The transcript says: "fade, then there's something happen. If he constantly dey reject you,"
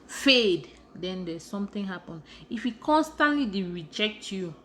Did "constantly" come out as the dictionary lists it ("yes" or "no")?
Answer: yes